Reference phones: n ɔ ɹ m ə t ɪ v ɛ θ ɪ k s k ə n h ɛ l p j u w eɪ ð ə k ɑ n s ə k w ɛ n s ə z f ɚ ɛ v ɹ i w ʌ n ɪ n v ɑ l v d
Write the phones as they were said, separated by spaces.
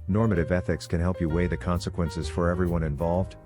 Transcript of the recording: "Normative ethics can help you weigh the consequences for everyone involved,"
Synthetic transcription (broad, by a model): n ɔ ɹ m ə t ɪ v ɛ θ ɪ k s k ə n h ɛ l p j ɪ w eɪ ð ə k ɑ n s ə k w ɛ n s ə z f ɚ ɛ v ɹ i w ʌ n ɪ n v ɑ l v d